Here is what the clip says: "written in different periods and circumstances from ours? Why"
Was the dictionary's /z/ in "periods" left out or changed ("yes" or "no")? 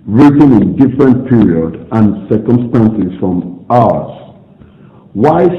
yes